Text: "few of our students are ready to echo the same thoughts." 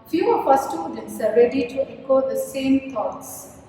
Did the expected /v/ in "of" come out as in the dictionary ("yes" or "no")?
no